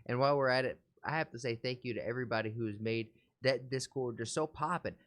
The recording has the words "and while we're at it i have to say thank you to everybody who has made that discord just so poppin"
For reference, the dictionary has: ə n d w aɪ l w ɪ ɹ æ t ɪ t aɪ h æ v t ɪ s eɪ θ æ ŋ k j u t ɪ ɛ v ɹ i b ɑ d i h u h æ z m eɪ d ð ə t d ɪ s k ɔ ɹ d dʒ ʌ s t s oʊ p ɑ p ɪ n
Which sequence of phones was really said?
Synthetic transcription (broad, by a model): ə n w aɪ l w ɪ ɹ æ t ɪ t aɪ h æ f t ɪ s eɪ θ æ ŋ k j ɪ t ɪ ɛ v ɹ i b ɑ d i h u z m eɪ d ð ə t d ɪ s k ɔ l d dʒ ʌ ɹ s oʊ p ɑ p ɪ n